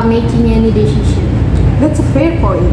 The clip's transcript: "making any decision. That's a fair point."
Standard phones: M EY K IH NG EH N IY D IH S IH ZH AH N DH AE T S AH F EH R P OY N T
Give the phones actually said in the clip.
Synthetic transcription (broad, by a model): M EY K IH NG EH N IY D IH SH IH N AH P DH AE T S AH F EH R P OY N